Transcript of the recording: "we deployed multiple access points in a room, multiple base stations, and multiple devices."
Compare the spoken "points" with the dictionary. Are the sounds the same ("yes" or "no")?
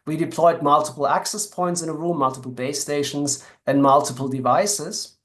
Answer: yes